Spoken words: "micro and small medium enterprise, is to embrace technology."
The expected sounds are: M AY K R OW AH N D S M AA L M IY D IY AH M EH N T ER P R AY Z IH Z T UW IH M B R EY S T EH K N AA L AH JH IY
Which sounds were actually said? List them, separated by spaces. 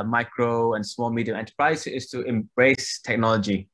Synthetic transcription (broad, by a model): M AY K R OW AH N S M AA L M IY D IY AH M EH N T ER P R AY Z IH S T UW IH M B R EY S T EH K N AA L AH JH IY